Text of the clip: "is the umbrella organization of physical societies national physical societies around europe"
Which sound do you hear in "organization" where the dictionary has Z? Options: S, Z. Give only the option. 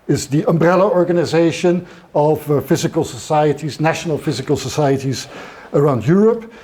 Z